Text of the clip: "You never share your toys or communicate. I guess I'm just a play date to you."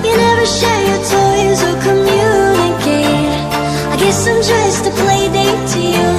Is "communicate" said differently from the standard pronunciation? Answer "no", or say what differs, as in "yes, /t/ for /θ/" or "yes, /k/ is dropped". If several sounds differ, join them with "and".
yes, /t/ is dropped